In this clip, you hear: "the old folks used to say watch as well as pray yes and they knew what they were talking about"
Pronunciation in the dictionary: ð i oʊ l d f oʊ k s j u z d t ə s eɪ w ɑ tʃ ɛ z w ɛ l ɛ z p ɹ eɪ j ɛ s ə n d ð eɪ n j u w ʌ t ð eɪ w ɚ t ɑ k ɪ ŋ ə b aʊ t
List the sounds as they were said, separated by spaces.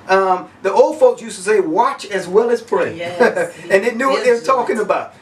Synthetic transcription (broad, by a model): ð i oʊ l d f oʊ k s j u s t ə s eɪ w ɑ tʃ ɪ z w ɛ l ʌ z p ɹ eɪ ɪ ə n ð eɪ n j u w ʌ t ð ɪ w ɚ t ɑ k ɪ ŋ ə b aʊ t